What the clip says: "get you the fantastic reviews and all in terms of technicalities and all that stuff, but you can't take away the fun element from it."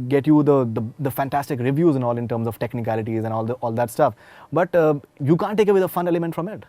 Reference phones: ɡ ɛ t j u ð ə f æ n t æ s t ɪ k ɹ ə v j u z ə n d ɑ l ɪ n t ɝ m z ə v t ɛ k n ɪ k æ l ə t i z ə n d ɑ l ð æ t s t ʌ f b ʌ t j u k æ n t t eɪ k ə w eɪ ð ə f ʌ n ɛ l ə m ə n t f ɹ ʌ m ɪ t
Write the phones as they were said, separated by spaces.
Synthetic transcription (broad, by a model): ɡ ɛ t j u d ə f æ n t æ s t ɪ k ɹ ə v j u z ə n ɑ l ɪ n t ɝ m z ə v t ɛ k n ɪ k æ l ə t i z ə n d ɑ l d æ t s t ʌ f b ʌ t j u k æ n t t eɪ k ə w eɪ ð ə f ʌ n ɛ l ə m ə n t f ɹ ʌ m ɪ t